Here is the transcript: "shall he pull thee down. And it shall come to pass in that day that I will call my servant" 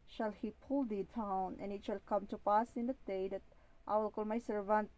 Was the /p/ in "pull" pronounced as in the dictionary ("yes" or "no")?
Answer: yes